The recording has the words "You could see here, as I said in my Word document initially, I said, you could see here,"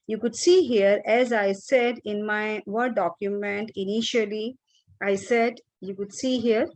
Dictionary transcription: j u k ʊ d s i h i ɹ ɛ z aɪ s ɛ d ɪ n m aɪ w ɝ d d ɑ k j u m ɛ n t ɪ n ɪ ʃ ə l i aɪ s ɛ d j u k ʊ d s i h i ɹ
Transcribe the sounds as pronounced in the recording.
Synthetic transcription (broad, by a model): j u k ʊ d s i h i ɹ ɛ z aɪ s ɛ d ɪ n m aɪ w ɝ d d ɑ k j u m ɛ n t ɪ n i ʃ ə l i aɪ s ɛ d j u k ʊ d s i h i ɹ